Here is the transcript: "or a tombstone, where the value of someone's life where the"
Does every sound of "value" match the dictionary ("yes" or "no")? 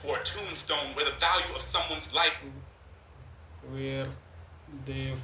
yes